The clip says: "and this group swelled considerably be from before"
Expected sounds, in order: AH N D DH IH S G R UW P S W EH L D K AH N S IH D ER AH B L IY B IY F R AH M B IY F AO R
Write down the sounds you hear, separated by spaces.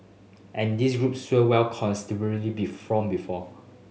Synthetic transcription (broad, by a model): AH N D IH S G R UW P S W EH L K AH N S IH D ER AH L IY B IY F R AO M B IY F AO